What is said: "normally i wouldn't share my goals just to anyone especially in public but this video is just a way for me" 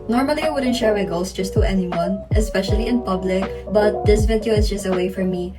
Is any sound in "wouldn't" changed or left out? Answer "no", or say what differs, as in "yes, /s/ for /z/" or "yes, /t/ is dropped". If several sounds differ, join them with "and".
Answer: no